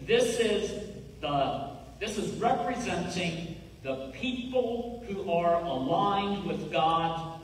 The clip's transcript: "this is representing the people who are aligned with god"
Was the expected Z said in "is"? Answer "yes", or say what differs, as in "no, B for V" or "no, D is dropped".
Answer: yes